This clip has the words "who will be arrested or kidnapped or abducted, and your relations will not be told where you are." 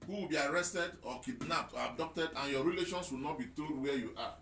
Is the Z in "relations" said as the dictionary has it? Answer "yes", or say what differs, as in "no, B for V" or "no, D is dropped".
no, S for Z